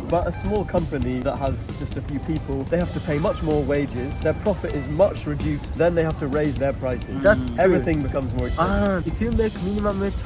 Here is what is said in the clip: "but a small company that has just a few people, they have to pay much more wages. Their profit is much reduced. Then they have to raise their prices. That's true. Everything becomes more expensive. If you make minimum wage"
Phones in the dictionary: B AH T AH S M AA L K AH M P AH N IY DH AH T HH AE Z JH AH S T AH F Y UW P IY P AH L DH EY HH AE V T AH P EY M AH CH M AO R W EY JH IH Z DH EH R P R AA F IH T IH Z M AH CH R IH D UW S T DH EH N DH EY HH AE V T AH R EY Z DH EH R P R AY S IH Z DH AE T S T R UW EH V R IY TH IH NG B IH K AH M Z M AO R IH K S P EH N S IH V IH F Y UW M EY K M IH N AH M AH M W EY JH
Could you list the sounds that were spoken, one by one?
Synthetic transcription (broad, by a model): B AH T AH S M AA L K AH M P AH N IY DH AH T HH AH Z JH AH S T AH F Y UW P IY P AH L DH EY HH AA F T AH P EY M AH CH M AO R W EY JH IH Z DH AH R P R AA F IH T IH Z M AH CH R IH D UW S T DH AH N DH EY HH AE F T AH R EY Z DH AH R P R AY S IH Z EH V R IY TH IH NG B IH K AH M Z M AO R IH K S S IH IH F Y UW M EY K M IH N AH M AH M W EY